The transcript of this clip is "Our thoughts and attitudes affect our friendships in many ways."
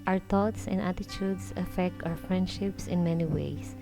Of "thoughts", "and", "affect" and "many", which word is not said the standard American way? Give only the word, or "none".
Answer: thoughts